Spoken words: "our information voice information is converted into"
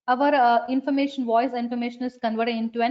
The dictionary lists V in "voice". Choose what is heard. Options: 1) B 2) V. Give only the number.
2